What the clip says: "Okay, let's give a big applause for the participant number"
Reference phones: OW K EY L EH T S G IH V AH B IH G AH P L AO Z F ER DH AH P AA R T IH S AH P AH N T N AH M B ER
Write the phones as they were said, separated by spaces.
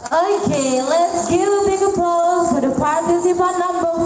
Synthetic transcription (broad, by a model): OW K EY L EH T S G IH V AH B IH G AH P AO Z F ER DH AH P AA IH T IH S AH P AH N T N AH M B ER